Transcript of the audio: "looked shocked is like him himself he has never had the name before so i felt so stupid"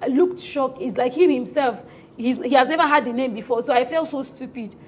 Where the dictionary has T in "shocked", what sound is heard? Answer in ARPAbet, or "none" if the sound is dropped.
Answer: none